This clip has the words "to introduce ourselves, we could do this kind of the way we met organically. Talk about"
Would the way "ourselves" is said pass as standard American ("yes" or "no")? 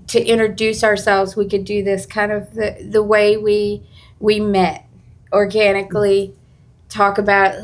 yes